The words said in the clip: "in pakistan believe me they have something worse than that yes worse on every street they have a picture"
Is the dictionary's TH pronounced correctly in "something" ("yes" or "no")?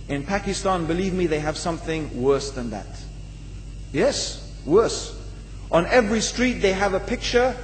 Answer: yes